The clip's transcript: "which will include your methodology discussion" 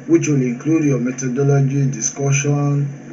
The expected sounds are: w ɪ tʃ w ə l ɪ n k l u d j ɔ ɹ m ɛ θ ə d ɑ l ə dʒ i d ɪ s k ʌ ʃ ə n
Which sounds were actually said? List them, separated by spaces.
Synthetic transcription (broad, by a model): w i tʃ w ə l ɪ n k l u d j ɔ m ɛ t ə d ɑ l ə dʒ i d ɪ s k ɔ ʃ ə n